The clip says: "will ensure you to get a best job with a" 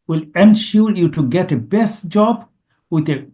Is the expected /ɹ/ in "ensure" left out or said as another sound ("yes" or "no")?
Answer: yes